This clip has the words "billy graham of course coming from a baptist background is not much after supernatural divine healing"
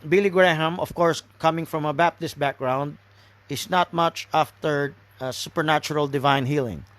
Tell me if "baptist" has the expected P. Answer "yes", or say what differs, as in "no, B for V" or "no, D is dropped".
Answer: yes